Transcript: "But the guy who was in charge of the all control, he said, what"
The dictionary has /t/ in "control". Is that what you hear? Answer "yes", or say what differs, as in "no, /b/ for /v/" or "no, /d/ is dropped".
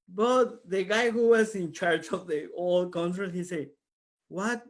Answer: no, /s/ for /t/